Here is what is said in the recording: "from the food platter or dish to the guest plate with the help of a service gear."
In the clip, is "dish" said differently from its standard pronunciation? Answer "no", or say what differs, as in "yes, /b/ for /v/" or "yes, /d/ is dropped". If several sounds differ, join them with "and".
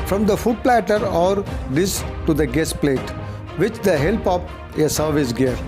yes, /s/ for /ʃ/